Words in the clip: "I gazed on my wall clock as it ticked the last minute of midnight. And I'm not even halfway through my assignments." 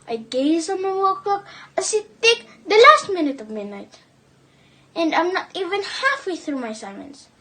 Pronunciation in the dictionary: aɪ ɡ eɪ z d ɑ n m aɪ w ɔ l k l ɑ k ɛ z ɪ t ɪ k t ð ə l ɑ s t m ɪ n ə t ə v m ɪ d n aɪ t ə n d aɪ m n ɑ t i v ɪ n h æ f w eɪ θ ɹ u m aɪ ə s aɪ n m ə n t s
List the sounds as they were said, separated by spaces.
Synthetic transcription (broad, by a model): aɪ ɡ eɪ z ɑ n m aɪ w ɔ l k ɑ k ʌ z ɪ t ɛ k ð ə l ɑ s t m ɪ n ə t ə v m ɪ d n aɪ t ə n d aɪ m n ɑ t i v ɪ n h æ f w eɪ θ ɹ u m aɪ s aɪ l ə n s